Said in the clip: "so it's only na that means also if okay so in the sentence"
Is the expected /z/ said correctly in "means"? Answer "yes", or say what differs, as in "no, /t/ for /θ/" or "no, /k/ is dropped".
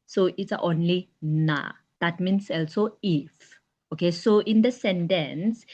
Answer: no, /s/ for /z/